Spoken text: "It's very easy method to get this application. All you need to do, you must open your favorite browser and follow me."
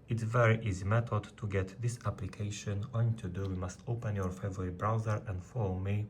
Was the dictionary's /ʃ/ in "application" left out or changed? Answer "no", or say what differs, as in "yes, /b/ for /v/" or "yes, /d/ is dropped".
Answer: no